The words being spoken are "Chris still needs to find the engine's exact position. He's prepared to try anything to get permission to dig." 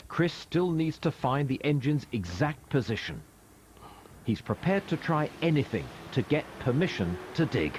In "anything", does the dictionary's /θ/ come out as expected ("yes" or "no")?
yes